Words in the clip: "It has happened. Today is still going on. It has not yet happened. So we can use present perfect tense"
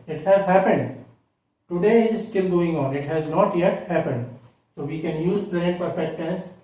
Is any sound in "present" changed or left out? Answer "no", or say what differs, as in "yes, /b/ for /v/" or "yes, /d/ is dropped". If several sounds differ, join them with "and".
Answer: yes, /l/ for /ɹ/ and /n/ is dropped